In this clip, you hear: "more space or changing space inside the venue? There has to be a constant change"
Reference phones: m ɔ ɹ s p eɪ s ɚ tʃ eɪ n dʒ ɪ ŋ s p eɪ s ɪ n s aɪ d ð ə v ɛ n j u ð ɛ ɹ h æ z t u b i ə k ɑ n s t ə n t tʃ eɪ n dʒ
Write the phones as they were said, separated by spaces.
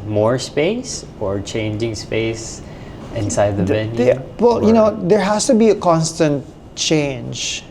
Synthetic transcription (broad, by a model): m ɔ ɹ s p eɪ s ɚ tʃ eɪ n dʒ ɪ ŋ s p eɪ s ɪ n s aɪ d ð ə w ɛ l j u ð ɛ ɹ h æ s t u b i ə k ɑ n s t ə n t tʃ eɪ n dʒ